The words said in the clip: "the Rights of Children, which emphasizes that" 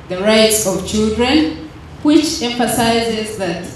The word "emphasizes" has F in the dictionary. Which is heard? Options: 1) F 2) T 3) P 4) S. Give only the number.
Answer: 1